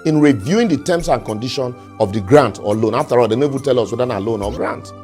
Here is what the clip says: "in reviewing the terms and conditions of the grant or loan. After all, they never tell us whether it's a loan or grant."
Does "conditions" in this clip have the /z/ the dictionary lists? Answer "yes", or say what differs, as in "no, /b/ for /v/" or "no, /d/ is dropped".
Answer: no, /z/ is dropped